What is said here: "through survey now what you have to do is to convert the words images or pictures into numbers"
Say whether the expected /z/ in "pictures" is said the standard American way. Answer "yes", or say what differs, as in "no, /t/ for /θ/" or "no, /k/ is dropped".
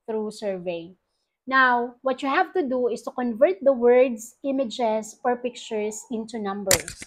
no, /s/ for /z/